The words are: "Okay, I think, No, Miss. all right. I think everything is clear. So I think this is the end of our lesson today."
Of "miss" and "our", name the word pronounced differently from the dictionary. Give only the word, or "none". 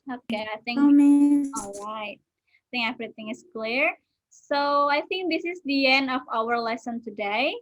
miss